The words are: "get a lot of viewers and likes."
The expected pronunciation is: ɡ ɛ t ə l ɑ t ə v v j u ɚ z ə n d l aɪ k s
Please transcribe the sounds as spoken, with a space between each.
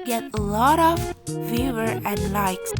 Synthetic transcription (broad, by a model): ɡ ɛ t ə l ɑ t ə v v j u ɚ ə n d l aɪ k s